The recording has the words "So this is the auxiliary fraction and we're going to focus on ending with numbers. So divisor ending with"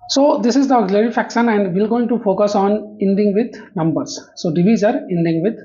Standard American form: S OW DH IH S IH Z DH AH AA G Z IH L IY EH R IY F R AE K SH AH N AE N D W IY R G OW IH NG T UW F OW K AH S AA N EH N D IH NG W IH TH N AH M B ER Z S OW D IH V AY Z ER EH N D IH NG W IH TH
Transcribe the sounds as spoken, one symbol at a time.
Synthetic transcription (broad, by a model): S OW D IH S IH Z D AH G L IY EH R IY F AE K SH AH N AE N D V IY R G OW IH NG T UW F OW K AH S AA N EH N D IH NG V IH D N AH M B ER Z S OW D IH V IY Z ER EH N D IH NG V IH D